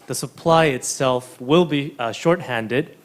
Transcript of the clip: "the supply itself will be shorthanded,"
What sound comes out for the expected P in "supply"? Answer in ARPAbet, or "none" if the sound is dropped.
P